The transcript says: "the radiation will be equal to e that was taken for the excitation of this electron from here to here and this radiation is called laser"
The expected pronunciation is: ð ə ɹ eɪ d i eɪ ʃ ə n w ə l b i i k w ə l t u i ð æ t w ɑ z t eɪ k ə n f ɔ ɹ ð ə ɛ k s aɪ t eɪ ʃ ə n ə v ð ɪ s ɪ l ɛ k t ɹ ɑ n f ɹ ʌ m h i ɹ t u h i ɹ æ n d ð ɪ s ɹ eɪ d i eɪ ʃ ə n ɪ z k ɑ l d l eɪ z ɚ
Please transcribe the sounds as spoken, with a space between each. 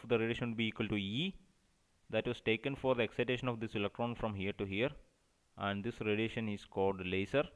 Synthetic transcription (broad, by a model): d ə ɹ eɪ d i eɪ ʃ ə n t b i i k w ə l t u i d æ t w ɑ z t eɪ k ə n f ɔ ɹ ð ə ɛ k s aɪ t eɪ ʃ ə n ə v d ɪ s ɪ l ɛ k t ɹ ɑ n f ɹ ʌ m h i ɹ t u h i ɹ æ n d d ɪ s ɹ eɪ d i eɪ ʃ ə n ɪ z k ɑ l d l eɪ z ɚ